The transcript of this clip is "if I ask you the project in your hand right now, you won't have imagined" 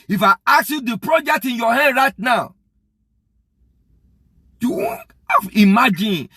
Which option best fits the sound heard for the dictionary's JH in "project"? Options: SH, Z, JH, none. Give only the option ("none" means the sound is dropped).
JH